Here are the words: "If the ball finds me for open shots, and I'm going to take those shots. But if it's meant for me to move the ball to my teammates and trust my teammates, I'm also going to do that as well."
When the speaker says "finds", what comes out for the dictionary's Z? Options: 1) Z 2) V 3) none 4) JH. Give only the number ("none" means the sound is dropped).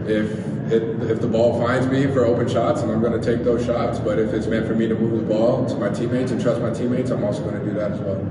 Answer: 1